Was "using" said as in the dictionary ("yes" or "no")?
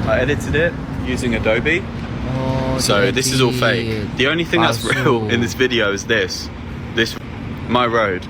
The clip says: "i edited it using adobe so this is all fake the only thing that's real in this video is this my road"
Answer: yes